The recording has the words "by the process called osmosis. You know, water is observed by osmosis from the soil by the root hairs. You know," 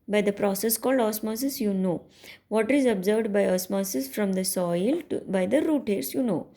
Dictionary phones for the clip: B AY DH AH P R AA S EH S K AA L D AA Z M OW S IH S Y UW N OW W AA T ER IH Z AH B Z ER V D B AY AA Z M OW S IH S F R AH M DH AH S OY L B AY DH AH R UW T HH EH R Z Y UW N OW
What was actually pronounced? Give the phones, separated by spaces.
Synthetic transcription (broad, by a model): B AY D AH P R AA S EH S K AA L D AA S M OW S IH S Y UW N OW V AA T IH Z AH B Z ER V D B AY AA S M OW S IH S F R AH M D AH S OY L B AY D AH R UW T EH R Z Y UW N OW